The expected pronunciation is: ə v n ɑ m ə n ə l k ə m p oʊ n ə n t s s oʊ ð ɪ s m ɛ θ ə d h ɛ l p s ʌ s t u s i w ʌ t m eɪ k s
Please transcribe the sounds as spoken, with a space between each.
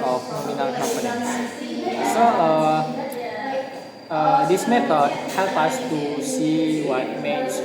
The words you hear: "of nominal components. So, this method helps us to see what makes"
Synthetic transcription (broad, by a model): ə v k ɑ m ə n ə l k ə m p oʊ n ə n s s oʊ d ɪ s m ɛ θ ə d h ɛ l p ʌ s t u s i w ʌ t m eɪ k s